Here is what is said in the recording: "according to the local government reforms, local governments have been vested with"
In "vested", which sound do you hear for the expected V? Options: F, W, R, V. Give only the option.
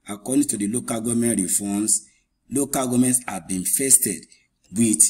F